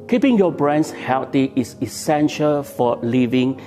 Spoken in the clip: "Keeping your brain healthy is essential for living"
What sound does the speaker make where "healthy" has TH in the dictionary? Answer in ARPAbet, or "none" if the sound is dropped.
T